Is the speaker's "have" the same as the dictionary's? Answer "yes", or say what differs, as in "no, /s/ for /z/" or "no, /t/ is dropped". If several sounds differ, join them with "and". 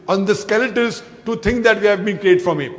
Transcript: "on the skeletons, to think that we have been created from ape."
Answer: yes